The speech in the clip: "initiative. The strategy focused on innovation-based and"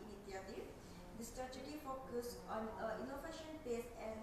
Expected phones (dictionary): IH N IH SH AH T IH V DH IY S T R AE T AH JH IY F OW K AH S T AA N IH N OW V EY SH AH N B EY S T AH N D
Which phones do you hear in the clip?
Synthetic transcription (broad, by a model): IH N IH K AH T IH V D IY S T R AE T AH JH IY F OW K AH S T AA N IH N OW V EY SH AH N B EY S AH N